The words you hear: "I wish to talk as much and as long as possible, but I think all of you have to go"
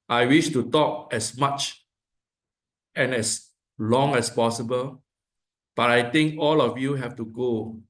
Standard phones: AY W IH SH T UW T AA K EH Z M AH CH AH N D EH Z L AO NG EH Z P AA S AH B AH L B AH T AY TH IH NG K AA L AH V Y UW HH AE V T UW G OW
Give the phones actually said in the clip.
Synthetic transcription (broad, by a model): AY W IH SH T UW T AA K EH S M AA CH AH N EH S L AO NG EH S P AA S AH B AH L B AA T AY T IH NG K AA L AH F Y UW HH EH F T UW G OW